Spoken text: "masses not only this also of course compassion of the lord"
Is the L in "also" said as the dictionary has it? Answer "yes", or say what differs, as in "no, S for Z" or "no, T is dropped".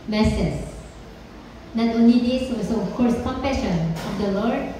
no, L is dropped